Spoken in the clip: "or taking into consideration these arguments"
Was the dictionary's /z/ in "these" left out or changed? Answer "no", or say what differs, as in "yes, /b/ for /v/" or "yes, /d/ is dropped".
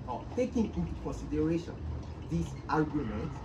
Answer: yes, /s/ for /z/